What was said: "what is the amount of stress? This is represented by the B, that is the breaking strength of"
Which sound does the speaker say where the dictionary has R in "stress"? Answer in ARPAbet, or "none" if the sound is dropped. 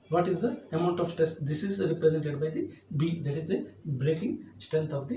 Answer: none